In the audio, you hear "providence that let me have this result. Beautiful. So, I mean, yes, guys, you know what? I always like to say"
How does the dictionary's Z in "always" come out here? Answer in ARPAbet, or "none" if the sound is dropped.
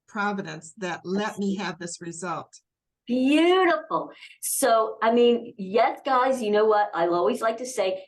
Z